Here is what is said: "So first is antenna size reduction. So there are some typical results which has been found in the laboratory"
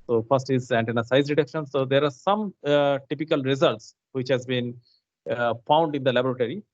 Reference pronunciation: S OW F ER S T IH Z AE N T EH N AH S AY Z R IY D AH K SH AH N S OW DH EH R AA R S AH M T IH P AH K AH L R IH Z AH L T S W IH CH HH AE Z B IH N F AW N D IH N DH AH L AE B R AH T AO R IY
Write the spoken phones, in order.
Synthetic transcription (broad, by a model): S OW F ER S T IH Z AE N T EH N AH S AY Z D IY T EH K SH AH N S OW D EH R AA R S AH M T IH P AH K AH L R IH Z AH L T S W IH CH HH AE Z B IH N F AW N D IH N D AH L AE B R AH T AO R IY